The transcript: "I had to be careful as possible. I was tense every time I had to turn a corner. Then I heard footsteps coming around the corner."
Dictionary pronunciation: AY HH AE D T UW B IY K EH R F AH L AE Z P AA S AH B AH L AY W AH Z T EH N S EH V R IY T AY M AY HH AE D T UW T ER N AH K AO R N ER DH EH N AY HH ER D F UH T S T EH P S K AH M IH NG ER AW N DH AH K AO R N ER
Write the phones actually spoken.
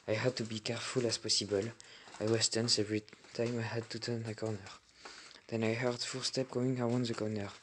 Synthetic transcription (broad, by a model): AY HH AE D T UW B IY K EH R F AH L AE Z P AA S AH B AH L AY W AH S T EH N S EH V R IY T AY M AY HH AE D T UW T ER N AH K AO R N ER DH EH N AY HH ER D F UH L S T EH P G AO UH IH NG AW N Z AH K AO N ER